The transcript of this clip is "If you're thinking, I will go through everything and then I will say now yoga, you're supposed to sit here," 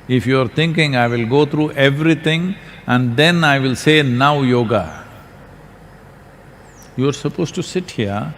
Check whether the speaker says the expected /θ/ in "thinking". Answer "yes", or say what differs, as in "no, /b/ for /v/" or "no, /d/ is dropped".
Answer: no, /t/ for /θ/